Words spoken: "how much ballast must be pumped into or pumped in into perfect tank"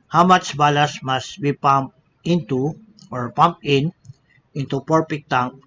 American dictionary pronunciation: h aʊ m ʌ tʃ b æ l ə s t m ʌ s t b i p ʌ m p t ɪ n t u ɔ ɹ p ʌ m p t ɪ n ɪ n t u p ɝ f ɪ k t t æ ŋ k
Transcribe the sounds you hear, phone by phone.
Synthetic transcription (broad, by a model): h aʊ m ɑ tʃ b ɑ l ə s m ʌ s t b i p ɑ m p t ɪ n t u ɔ ɹ p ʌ m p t ɪ n ɪ n t u p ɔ p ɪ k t t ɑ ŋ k